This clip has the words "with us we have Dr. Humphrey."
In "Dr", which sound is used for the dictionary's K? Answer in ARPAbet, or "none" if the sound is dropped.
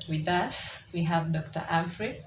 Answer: K